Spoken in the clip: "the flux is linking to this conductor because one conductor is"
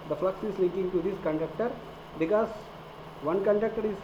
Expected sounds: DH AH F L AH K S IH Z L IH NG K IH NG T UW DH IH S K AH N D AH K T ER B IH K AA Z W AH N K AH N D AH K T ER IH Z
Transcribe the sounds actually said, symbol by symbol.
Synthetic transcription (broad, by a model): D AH F L AH K S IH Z L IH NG K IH NG T UW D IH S K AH N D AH K T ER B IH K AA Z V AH N K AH N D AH K T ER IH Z